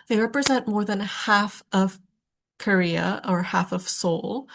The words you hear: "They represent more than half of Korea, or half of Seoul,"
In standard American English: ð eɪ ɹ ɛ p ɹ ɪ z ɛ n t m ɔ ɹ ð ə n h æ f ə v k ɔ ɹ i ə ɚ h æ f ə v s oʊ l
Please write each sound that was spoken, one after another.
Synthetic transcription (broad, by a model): ð eɪ ɹ ɛ p ɹ ɪ z ɛ n t m ɔ ɹ ð ə n h æ f ə v k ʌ ɹ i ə ɚ h æ f ə v s oʊ l